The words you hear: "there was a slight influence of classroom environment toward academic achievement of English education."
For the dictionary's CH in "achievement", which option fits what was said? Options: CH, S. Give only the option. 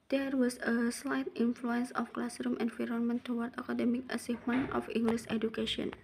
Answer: S